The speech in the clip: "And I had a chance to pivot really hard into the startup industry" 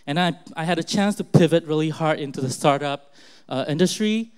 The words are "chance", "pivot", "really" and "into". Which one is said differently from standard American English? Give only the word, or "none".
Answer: none